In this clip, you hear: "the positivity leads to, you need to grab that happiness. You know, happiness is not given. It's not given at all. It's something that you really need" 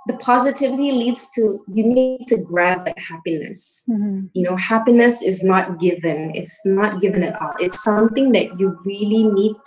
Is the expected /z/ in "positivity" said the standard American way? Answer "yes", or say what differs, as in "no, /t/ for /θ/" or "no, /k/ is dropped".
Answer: yes